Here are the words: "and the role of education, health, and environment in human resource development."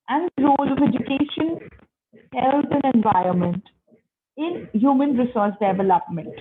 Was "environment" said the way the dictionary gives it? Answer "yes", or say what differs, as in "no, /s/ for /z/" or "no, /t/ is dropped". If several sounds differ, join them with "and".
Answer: yes